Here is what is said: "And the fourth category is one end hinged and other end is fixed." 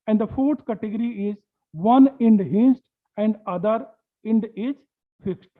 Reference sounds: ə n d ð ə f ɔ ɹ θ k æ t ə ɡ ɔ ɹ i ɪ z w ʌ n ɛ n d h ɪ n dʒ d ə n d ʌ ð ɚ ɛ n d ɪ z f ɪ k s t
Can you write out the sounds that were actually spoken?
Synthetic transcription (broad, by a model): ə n d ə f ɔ ɹ t k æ t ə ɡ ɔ ɹ i ɪ z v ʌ n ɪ n d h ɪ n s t ə n d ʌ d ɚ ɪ n d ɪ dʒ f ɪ k s t